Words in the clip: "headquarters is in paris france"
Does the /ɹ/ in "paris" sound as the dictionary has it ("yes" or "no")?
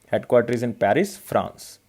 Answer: yes